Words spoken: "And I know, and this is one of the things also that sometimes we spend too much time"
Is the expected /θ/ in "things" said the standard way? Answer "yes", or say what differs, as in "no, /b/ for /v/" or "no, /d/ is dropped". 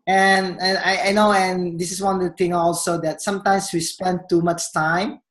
no, /t/ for /θ/